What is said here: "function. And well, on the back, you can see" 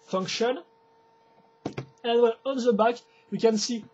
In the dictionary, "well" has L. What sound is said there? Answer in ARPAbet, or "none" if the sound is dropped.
N